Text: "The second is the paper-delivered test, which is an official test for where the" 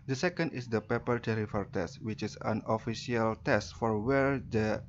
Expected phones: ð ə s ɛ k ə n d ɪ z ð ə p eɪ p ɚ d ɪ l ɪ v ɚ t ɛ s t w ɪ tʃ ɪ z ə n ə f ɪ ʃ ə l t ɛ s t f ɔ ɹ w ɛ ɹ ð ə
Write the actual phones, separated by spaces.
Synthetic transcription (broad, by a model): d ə s ɛ k ə n d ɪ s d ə p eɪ p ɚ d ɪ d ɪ f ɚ t ɛ s t w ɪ tʃ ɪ s ə n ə f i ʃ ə l t ɛ s t f ɔ ɹ w ɛ ɹ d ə